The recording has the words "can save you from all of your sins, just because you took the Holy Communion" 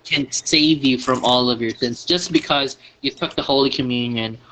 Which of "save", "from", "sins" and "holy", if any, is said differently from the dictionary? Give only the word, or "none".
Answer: sins